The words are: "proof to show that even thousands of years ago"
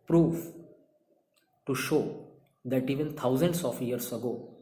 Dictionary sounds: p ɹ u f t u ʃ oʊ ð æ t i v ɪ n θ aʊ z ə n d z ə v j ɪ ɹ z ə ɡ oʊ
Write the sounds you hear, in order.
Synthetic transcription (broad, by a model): p ɹ u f t u ʃ oʊ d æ t i v ɪ n t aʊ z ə n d s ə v j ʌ ɹ s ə ɡ oʊ